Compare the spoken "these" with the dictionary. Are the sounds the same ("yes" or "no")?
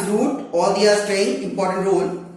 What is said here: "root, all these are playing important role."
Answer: no